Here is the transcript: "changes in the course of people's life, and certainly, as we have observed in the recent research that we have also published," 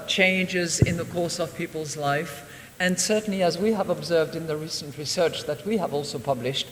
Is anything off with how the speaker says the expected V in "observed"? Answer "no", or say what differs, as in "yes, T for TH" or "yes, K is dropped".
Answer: no